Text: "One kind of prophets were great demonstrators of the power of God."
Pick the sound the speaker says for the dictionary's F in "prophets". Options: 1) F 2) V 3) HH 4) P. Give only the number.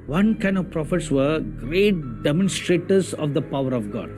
1